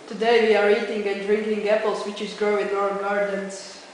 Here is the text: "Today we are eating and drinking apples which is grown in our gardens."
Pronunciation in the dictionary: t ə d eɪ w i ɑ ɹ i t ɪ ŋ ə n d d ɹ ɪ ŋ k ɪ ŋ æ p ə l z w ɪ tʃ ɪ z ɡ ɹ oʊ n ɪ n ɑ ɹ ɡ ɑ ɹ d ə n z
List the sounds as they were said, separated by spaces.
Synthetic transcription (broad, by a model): t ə d eɪ w i ɑ ɹ i t ɪ ŋ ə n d d ɹ ɪ ŋ k ɪ ŋ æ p l s w ɪ tʃ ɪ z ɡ ɹ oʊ ɪ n ɑ ɹ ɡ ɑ ɹ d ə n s